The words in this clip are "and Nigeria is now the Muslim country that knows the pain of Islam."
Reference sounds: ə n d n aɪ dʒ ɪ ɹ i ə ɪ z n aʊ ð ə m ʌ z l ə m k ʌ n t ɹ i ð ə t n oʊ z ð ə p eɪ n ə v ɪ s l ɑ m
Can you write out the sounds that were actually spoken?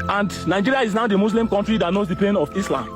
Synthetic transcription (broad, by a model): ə n d n aɪ dʒ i ɹ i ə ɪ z n aʊ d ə m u s l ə m k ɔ n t ɹ i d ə t n oʊ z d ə p eɪ n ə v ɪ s l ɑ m